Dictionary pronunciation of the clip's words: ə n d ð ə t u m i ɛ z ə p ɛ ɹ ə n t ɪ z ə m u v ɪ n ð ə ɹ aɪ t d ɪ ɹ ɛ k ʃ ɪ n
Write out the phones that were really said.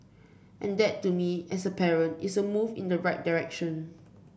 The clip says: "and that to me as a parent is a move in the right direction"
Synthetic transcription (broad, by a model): ə n d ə t u m i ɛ s ə p ɛ ɹ ə n t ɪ s ə m u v ɪ n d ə ɹ aɪ t d ɪ ɹ ɛ k ʃ ɪ n